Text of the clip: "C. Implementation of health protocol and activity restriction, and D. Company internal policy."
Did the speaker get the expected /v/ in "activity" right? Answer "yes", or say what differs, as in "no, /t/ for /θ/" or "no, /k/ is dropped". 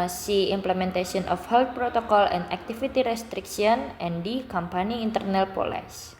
no, /f/ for /v/